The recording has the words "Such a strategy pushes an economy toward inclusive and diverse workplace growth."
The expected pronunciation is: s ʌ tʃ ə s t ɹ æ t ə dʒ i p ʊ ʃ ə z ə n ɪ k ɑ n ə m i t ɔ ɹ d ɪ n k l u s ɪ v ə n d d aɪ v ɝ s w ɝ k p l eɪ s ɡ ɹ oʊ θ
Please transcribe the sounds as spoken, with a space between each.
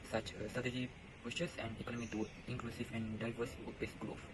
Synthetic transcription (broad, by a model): s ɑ tʃ ə s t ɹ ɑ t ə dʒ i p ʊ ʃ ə s ə n ɪ k ɑ n ə m i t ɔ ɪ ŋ k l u s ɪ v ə n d d aɪ v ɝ s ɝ p eɪ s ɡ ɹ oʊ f